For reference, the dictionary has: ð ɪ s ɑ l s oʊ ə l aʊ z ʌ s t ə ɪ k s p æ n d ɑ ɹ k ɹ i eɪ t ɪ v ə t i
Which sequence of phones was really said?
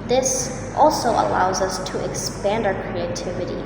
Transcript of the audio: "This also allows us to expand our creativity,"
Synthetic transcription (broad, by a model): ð ɪ s ɑ l s oʊ ə l aʊ z ʌ s t ə ɪ k s p æ n d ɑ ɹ k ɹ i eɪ t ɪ v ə t i